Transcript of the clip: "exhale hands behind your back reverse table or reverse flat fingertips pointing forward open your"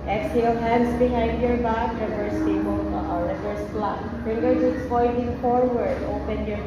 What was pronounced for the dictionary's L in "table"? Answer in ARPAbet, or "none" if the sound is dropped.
N